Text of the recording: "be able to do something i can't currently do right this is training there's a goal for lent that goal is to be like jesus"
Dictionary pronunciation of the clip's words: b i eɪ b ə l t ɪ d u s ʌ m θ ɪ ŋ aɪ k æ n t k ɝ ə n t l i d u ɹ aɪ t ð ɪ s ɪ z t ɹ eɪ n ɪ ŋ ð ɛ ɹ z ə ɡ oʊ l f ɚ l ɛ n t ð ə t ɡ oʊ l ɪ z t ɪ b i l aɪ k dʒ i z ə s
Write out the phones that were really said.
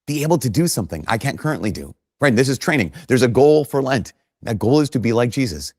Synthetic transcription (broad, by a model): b i eɪ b l t ɪ d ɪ s ʌ m θ ɪ ŋ aɪ k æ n k ɝ ə n t l i d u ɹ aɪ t ð ɪ s ɪ z t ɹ eɪ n ɪ ŋ ð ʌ ɹ z ə ɡ oʊ l f ɚ l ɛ n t ð ə t ɡ oʊ l ɪ z t ɪ b i l aɪ k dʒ i z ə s